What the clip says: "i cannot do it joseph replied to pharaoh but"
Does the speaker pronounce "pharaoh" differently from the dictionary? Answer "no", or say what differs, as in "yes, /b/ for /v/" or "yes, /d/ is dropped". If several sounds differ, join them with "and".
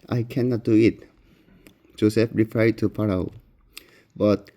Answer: yes, /p/ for /f/